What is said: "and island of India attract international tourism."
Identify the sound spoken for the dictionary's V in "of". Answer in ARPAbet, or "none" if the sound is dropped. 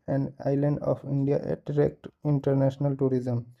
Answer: P